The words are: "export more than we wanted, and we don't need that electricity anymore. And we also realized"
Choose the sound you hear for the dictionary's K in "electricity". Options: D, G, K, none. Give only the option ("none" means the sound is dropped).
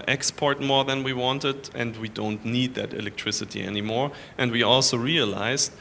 K